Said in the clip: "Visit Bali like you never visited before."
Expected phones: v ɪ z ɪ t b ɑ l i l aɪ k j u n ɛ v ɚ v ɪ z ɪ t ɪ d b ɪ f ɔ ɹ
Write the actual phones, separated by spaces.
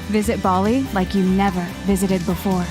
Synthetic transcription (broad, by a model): v ɪ z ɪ t b ɑ l i l aɪ k j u n ɛ v ɚ v ɪ z ɪ t ɪ d b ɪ f ɔ ɹ